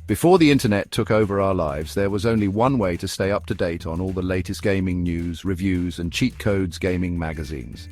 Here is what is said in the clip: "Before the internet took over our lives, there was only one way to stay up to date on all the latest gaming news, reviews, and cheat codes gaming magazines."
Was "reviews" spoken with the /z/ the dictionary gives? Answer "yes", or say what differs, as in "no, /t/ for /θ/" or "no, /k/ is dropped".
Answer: yes